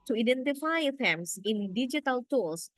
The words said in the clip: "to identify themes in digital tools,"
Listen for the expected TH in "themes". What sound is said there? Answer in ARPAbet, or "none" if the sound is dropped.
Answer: F